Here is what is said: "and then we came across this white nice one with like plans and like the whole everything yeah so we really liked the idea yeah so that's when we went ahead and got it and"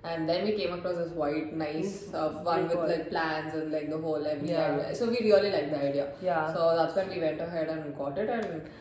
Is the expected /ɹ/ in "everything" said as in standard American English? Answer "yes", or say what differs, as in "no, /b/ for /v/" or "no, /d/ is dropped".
no, /ɹ/ is dropped